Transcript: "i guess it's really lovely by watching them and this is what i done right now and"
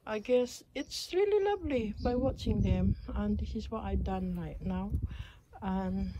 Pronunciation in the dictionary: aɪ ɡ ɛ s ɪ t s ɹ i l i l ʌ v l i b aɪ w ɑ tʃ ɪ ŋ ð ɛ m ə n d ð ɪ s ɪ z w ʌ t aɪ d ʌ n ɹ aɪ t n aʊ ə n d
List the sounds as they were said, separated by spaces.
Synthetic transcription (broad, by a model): aɪ ɡ ɛ s ɪ t s ɹ i l i l ʌ v l i b aɪ w ɑ tʃ ɪ ŋ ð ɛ m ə n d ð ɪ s ɪ z w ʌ t aɪ d ʌ n ɹ aɪ t n aʊ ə n